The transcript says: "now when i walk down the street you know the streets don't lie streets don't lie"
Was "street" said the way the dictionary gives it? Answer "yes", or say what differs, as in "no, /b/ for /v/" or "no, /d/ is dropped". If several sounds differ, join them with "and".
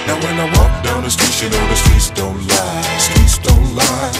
no, /ɹ/ is dropped